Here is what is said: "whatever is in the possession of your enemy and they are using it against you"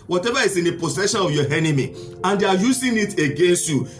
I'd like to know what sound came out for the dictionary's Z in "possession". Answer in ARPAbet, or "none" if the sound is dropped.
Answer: S